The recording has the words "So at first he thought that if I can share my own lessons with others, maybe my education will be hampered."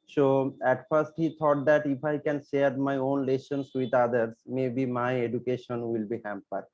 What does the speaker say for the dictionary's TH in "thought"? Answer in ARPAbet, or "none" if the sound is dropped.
T